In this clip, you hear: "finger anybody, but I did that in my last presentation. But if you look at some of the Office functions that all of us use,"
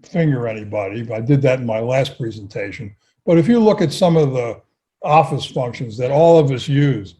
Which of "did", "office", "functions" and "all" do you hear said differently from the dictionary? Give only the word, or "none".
none